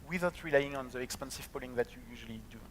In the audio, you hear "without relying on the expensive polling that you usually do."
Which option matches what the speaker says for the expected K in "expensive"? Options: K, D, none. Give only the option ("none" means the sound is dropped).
K